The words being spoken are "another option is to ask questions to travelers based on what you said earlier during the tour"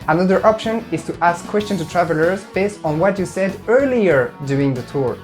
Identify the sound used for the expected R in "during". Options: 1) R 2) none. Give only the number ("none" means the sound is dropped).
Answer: 2